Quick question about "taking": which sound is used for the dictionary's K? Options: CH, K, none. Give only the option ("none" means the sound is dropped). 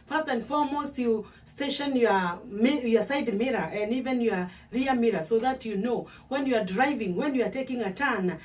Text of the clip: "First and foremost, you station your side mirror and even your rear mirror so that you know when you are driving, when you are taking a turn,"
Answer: K